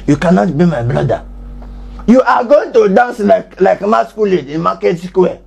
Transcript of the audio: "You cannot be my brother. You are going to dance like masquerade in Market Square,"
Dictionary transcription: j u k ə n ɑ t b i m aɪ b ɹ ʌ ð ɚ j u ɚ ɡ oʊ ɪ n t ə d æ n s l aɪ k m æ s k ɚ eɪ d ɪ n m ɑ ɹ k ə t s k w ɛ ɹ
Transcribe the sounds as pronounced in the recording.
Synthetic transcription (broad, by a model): j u k ə n ɑ t b i m aɪ b l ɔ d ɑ j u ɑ ɡ oʊ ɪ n t ə d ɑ n s l aɪ k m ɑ s k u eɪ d ɪ n m ɑ k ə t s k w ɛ